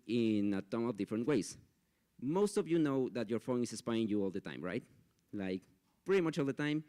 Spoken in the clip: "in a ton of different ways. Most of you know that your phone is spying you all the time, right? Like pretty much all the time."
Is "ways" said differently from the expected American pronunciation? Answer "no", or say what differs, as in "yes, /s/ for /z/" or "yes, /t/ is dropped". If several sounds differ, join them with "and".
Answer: yes, /s/ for /z/